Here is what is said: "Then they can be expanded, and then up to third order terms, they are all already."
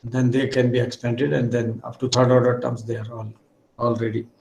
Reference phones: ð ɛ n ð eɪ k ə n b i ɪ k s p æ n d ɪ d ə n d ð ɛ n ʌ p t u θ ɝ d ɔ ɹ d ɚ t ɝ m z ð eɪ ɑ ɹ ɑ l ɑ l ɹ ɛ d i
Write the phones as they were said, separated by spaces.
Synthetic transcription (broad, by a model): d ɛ n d eɪ k ə n b i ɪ k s p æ n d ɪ d ə n d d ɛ n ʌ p t u t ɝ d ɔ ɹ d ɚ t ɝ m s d eɪ ɑ ɹ ɑ l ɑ l ɹ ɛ d i